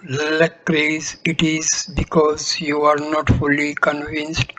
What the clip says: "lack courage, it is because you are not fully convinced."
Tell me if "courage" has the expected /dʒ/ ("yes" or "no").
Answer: no